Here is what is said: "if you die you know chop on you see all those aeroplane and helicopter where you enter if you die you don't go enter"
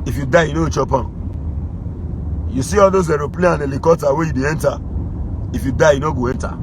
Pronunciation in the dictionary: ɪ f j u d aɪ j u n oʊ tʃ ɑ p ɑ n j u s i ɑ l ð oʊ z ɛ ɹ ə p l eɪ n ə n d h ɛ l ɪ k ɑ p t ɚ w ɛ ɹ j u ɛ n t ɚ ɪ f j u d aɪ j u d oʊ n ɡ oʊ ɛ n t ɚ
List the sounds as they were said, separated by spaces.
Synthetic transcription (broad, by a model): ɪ f j u d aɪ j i n oʊ tʃ ɑ p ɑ j u s i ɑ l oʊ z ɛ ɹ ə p l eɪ ə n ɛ l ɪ k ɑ t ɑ w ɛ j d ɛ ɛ n t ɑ ɪ f j u d aɪ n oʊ ɡ oʊ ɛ n t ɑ